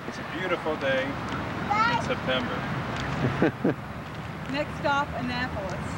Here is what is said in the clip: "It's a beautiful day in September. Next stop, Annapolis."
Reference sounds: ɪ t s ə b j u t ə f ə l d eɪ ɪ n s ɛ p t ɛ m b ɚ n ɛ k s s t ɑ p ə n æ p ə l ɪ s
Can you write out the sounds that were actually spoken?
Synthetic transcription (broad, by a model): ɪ t s ə b j u t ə f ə l d eɪ ɪ n s ɛ p t ɛ m b ɚ n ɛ k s s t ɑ f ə n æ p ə l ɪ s